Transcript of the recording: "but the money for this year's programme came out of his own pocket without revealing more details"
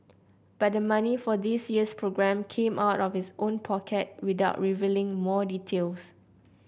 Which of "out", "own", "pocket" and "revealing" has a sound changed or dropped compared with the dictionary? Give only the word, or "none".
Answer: none